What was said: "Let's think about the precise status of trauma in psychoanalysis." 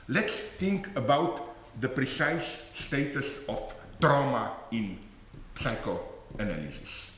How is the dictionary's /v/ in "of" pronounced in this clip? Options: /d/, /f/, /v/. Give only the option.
/f/